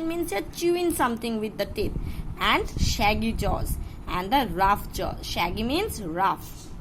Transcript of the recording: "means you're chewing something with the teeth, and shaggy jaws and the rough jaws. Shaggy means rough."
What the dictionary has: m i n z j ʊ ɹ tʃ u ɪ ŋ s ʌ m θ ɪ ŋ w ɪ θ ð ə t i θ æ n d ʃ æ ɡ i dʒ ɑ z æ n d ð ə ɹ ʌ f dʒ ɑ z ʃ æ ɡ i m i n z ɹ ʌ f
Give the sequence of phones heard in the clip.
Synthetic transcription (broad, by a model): m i n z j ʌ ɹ tʃ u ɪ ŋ s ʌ m t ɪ ŋ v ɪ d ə t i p æ n d ʃ æ ɡ i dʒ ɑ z æ n d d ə ɹ ʌ f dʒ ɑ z ʃ æ ɡ i m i n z ɹ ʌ f